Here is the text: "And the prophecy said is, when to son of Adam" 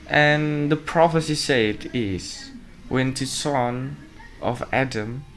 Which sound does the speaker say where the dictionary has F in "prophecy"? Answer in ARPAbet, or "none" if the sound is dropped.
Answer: F